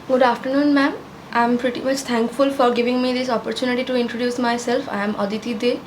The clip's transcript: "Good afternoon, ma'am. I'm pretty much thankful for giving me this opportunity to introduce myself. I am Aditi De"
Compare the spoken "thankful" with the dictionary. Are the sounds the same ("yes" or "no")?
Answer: no